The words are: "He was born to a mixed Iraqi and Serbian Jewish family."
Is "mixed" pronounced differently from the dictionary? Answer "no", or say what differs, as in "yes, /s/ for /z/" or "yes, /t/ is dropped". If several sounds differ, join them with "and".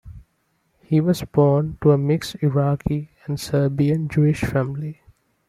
yes, /t/ is dropped